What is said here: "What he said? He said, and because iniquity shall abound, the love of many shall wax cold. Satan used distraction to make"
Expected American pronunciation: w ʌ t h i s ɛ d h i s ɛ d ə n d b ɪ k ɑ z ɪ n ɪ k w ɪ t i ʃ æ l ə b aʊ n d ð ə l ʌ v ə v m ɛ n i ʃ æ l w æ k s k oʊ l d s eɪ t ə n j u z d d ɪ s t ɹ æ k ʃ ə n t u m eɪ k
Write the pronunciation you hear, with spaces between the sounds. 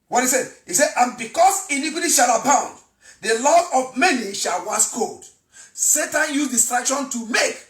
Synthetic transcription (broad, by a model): w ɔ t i s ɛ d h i s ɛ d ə n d b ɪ k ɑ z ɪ n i k w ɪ t i ʃ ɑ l ə b aʊ n d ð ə l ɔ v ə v m ɛ n i ʃ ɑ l w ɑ s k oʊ d s eɪ t ə n j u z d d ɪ s t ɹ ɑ k ʃ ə n t u m eɪ k